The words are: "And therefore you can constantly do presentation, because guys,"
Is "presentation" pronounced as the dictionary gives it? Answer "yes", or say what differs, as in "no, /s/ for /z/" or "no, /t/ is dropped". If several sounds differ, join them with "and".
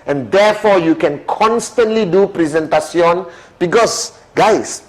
no, /s/ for /ʃ/